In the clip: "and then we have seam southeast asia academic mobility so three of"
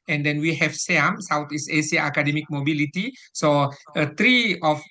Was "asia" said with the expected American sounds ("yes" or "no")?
no